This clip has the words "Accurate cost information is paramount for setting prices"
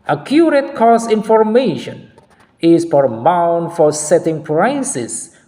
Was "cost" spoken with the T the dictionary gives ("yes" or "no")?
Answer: no